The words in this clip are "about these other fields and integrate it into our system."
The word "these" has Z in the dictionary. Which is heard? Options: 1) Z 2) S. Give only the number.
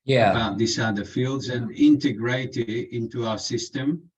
2